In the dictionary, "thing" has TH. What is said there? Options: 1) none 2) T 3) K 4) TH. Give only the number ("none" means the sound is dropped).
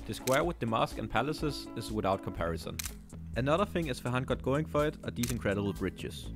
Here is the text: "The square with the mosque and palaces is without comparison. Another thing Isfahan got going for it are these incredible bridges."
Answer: 4